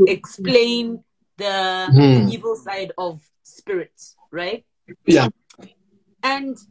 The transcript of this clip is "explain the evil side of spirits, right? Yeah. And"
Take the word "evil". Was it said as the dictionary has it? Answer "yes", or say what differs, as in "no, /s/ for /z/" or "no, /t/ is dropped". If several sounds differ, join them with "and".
yes